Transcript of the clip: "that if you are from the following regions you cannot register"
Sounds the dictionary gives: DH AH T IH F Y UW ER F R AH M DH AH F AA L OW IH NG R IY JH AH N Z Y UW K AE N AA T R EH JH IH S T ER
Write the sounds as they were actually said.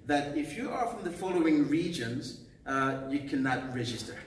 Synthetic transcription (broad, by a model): DH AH T IH F Y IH ER F R AH M DH AH F AA L OW IH NG R IY JH AH N Z Y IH K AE N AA T R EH JH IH S T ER